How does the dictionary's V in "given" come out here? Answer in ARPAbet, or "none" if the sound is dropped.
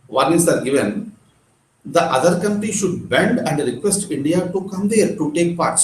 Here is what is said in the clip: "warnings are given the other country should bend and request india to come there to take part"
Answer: V